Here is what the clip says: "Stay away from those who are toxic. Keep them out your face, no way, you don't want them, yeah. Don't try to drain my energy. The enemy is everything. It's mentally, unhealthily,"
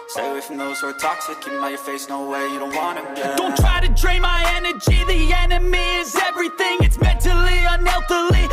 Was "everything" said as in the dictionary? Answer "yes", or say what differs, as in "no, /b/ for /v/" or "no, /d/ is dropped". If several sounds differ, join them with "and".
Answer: yes